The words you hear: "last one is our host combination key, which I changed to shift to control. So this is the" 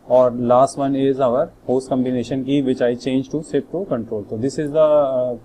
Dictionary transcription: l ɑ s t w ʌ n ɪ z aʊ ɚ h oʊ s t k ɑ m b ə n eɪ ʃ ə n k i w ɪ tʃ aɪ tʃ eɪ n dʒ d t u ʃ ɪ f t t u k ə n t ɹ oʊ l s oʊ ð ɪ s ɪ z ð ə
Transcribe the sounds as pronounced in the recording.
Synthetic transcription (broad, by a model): l ɑ s t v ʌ n ɪ z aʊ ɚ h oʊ s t k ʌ m b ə n eɪ ʃ ə n k i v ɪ tʃ aɪ tʃ eɪ n dʒ t u s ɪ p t t u k ə n t ɹ oʊ l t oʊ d ɪ s ɪ z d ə